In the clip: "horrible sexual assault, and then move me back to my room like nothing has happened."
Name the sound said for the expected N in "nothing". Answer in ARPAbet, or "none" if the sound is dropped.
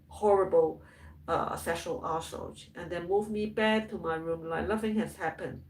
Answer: L